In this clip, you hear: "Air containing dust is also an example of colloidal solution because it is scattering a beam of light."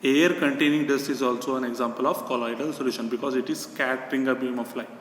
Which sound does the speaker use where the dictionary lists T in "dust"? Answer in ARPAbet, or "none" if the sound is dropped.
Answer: none